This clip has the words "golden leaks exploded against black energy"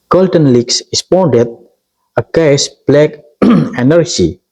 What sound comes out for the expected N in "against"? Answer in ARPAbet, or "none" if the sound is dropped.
none